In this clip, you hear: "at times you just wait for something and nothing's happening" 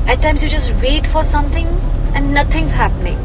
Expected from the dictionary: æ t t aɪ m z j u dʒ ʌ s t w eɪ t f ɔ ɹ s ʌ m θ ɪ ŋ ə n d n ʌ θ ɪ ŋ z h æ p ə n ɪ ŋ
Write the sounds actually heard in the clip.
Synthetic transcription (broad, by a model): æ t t aɪ m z j u dʒ ʌ s t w eɪ t f ɔ ɹ s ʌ m t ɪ ŋ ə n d n ʌ t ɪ ŋ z h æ p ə n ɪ ŋ